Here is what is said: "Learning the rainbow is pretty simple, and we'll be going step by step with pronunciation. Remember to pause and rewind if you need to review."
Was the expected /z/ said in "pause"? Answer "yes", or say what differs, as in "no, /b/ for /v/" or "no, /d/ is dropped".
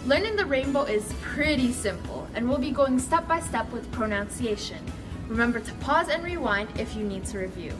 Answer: yes